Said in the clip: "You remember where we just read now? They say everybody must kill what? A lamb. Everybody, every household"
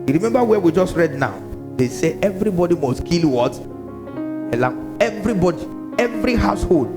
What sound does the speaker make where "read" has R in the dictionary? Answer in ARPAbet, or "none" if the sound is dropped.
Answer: R